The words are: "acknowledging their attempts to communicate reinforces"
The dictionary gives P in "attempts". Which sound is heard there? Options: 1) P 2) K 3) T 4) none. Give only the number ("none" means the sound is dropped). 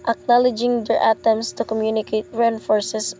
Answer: 4